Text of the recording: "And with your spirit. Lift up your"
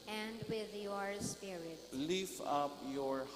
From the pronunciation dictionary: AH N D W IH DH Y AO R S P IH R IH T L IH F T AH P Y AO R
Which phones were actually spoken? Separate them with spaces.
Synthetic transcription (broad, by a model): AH N D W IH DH Y AO R S P IH R IH T L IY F AH P Y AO R